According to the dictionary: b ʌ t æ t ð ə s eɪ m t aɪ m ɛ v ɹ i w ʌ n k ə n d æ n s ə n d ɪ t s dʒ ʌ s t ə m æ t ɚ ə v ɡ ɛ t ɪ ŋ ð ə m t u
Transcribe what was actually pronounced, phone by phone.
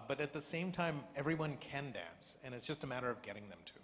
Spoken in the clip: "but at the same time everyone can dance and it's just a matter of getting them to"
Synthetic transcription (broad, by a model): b ʌ t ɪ t ð ə s eɪ m t aɪ m ɛ v ɹ i w ʌ n k ə n d æ n s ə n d ɪ t s dʒ ʌ s t ə m æ t ɚ ə v ɡ ɛ t ɪ ŋ ð ə m t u